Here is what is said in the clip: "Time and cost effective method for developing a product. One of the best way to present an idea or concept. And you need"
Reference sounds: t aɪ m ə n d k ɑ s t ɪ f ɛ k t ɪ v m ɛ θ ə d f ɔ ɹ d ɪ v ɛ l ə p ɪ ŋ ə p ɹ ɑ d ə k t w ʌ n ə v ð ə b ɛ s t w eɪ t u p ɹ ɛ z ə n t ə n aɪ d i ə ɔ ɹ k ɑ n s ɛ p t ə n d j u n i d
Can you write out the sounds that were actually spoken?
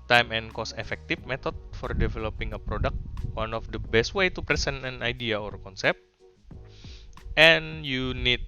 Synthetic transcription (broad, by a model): t aɪ m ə n k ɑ s ɪ f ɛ k t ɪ f m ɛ t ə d f ɔ ɹ d ɪ v ɛ l ə p ɪ ŋ ə p ɹ ɑ d ə k t w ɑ n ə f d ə b ɛ s t w eɪ t u p ɹ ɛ s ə n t ə n aɪ d i ə ɔ ɹ k ɑ n s ɛ p t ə n j u n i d